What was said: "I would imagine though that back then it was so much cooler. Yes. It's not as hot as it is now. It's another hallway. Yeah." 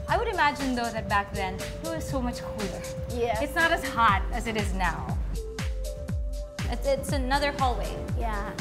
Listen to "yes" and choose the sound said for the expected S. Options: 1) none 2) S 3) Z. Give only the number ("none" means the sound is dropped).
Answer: 1